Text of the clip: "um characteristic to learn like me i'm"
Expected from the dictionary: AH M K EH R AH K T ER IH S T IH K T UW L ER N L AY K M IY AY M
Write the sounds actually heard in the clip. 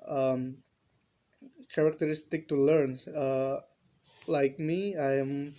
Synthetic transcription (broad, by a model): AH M K EH R AH K T ER IH S T IH K T UW L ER N L AY K M IY AY M